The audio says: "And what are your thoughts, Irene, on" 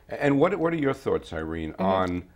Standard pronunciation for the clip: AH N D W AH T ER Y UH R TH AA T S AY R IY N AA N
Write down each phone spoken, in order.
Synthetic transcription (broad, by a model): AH N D W AH T ER Y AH R TH AA T S AY R IY N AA N